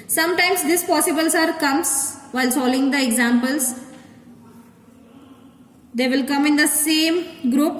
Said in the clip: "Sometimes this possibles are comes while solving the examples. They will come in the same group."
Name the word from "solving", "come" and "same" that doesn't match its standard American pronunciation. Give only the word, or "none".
solving